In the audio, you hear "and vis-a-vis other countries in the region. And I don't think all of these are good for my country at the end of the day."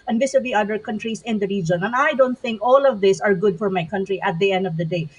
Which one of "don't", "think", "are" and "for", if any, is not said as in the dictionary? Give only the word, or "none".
none